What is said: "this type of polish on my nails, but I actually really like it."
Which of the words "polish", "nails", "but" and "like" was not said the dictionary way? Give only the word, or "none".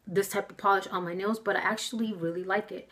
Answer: none